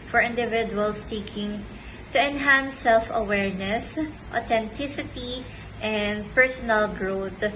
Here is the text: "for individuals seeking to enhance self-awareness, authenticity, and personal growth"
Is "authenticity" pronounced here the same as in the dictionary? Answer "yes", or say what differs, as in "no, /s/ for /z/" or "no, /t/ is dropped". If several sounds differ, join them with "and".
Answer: no, /t/ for /θ/